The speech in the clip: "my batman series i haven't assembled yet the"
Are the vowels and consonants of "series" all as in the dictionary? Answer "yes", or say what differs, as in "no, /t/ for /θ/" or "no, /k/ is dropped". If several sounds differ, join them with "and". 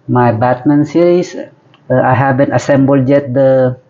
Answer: no, /s/ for /z/